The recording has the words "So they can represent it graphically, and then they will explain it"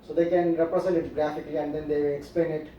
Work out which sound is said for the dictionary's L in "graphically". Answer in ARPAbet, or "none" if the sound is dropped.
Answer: L